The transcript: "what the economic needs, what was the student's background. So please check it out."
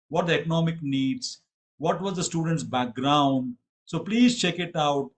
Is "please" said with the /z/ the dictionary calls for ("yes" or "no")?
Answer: yes